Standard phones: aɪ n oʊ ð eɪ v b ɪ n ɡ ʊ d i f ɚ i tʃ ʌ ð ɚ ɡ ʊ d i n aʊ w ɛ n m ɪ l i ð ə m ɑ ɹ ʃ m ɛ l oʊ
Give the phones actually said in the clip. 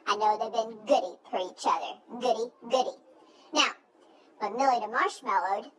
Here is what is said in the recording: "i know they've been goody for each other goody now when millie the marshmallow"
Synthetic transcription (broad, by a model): aɪ n oʊ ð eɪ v b ɪ n ɡ ʊ d i f ɚ i tʃ ʌ ð ɚ ɡ ʊ d i n aʊ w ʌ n m ɪ l i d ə m ɑ ɹ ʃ m ɛ l oʊ